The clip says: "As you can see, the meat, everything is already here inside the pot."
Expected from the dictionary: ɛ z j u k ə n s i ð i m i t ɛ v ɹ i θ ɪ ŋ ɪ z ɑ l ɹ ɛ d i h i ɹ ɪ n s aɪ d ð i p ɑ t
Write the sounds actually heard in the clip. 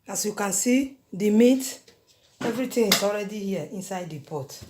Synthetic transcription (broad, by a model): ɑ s j u k ə n s i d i m i t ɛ v ɹ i t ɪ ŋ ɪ s ɑ l ɹ ɛ d i h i ɪ n s aɪ d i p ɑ t